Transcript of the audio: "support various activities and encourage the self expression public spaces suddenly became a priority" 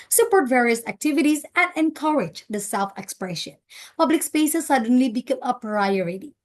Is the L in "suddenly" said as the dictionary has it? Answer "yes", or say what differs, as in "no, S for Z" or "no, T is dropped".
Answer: yes